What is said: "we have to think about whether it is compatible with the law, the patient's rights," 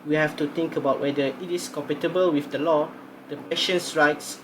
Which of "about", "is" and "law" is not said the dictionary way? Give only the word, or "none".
is